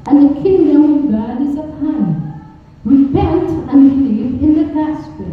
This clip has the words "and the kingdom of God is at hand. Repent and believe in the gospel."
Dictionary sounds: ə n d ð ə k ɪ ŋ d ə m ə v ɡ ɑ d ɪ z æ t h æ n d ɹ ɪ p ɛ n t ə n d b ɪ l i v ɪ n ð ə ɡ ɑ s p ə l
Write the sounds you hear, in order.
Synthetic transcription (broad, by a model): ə n ð ə k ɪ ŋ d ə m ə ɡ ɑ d ɪ z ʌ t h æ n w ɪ b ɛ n t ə n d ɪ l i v ɪ n ð ə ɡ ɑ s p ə